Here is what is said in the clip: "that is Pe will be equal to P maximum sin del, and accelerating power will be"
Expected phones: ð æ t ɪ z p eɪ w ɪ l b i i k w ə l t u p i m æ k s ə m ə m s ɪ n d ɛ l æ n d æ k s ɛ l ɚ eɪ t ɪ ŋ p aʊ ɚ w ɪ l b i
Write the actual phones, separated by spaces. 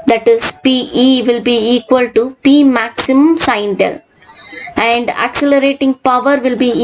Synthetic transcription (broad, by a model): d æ t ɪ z p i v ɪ l b i i k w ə l t u p i m æ k s ə m ə m s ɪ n d ɛ l æ n d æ k s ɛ l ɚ eɪ t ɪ ŋ p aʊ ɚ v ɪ l b i